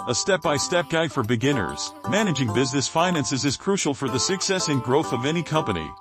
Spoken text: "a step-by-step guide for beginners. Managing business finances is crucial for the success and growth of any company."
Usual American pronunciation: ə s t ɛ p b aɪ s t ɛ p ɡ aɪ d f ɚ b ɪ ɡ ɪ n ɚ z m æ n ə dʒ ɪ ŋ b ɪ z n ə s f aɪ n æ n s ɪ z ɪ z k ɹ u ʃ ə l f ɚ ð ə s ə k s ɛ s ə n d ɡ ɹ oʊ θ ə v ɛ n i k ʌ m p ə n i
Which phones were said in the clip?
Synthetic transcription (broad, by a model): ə s t ɛ p b aɪ s t ɛ p ɡ aɪ d f ɚ b ɪ ɡ ɪ n ɚ z m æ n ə dʒ ɪ ŋ b ɪ z n ə s f aɪ n æ n s ɪ z ɪ z k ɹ u ʃ l f ɚ ð ə s ə k s ɛ s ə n ɡ ɹ oʊ θ ə v ɛ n i k ʌ m p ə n i